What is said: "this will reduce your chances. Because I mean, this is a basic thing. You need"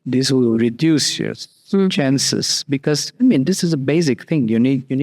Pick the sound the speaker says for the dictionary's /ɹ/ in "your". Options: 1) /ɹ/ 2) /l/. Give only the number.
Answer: 2